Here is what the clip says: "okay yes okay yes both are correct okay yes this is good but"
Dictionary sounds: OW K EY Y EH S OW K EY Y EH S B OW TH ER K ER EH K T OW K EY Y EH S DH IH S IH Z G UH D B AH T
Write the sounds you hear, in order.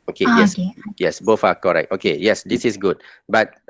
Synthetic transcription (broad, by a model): OW K EY Y EH S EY Y EH S B OW F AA K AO EH K T OW K EY Y EH S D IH S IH S G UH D B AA T